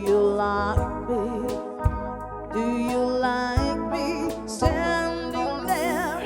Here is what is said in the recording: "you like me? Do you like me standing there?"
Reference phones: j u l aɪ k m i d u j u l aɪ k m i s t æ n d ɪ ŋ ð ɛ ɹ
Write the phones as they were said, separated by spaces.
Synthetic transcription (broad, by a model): j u l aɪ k m i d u j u l aɪ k m i s t æ n d ɪ ŋ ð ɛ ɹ